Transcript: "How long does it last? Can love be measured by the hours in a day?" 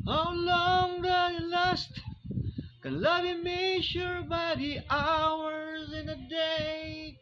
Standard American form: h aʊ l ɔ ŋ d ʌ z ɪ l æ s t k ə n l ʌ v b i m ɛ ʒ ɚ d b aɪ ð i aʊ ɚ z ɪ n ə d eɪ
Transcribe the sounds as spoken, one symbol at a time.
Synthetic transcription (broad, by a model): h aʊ l ɔ ŋ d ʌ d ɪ l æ s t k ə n l ʌ v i m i ʃ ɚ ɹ b aɪ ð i aʊ ɚ z ɪ n ə d eɪ